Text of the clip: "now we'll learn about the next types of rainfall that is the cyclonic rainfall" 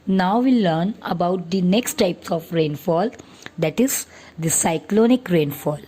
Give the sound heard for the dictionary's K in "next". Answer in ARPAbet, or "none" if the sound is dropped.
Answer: K